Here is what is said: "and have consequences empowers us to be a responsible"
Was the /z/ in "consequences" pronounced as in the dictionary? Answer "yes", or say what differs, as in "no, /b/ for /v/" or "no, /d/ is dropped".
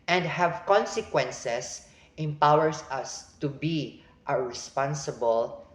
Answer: no, /s/ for /z/